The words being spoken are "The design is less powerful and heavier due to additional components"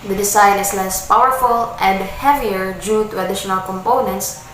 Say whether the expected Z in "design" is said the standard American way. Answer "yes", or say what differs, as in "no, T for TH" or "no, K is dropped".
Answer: no, S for Z